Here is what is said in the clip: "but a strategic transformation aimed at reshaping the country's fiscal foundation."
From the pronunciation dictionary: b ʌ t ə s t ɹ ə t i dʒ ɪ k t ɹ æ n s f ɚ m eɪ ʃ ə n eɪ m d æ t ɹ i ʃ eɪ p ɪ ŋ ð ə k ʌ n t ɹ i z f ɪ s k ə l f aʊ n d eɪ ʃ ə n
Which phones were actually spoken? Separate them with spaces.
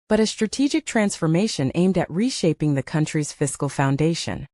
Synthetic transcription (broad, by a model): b ʌ t ə s t ɹ ə t i dʒ ɪ k t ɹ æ n s f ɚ m eɪ ʃ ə n eɪ m d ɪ t ɹ i ʃ eɪ p ɪ ŋ ð ə k ʌ n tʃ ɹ i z f ɪ s k l f aʊ n d eɪ ʃ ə n